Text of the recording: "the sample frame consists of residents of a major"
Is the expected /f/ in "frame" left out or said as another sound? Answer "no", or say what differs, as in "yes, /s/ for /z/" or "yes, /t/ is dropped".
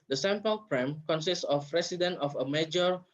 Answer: yes, /p/ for /f/